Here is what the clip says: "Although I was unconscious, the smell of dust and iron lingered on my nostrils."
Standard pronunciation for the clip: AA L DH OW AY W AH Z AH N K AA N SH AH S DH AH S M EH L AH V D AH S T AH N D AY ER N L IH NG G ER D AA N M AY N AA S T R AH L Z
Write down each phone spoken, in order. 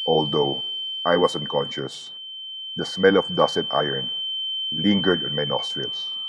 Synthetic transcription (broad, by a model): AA L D OW AY W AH S AH N K AA N SH AH S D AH S M EH L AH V D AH S AH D AY ER N L IH NG G ER D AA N M AY N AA S T R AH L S